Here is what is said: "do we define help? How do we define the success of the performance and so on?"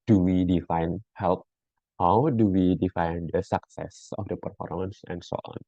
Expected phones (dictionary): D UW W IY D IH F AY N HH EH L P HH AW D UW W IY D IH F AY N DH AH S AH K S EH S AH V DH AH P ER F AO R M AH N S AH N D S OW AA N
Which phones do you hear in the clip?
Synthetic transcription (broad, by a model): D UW W IY D IH F AY N HH EH L P HH AW D UW W IY D IH F AY N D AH S AH K S EH S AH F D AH P ER F AO R M AH N S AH N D S OW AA N